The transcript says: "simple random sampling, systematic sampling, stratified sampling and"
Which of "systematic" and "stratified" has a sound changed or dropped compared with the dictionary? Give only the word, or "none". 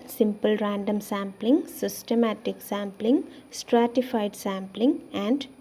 none